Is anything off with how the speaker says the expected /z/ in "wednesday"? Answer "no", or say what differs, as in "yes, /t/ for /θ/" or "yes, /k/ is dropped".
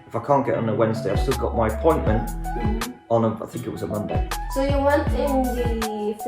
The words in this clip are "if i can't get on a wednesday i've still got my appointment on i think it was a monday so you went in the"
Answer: no